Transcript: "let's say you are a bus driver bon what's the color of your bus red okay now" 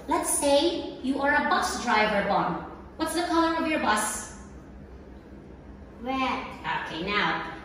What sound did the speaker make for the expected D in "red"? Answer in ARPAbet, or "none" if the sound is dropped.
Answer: none